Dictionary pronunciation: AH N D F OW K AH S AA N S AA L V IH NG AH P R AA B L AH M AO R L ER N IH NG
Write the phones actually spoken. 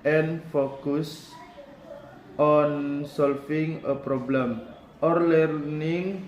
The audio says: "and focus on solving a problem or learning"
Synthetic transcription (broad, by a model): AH N F OW K AH S AA N S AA L F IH NG AH P R AA B L AH M AO R L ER N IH NG